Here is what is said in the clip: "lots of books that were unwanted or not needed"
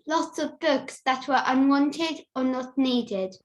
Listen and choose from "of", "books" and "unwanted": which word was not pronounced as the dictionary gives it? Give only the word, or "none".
none